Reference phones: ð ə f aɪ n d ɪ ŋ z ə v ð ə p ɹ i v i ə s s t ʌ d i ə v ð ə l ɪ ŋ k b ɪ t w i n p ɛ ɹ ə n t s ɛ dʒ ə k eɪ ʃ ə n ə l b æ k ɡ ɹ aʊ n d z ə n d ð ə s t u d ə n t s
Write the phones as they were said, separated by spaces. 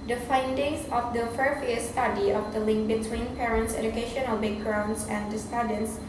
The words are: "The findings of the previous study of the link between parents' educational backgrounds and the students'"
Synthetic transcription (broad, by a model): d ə f aɪ n d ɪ ŋ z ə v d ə f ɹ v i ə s s t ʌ d i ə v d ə l ɪ ŋ k b ɪ t w i n p ɛ ɹ ə n t s ɛ dʒ ə k eɪ ʃ ə n ə l b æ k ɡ ɹ aʊ n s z ə n d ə s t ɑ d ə n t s